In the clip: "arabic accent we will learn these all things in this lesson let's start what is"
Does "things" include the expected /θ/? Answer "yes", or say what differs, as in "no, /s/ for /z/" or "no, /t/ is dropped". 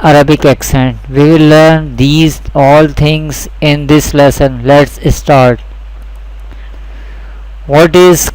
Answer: no, /t/ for /θ/